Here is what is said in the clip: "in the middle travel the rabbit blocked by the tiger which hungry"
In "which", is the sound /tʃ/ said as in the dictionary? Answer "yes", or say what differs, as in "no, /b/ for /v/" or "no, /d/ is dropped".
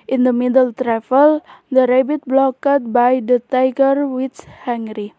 no, /s/ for /tʃ/